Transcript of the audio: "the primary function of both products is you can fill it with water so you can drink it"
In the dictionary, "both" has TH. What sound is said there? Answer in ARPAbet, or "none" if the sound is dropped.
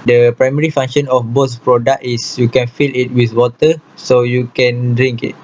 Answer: S